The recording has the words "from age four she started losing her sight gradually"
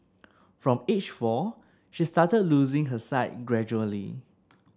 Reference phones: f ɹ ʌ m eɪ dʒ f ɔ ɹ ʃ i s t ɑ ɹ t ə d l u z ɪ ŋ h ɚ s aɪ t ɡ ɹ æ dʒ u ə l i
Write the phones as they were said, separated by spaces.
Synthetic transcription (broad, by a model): f ɹ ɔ m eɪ tʃ f ɔ ʃ i s t ɑ t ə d l u z ɪ ŋ h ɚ s aɪ t ɡ ɹ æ dʒ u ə l i